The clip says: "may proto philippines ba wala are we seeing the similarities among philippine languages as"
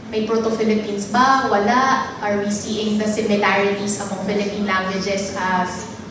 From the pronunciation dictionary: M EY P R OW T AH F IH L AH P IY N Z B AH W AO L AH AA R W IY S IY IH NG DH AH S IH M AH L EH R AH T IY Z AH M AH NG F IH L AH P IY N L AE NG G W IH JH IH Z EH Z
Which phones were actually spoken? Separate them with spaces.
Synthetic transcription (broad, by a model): M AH P R OW T AH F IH L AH P IY N S B AH W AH L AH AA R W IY S IY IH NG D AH S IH M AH L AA R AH T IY S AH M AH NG F IH L AH P IY N L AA NG G W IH JH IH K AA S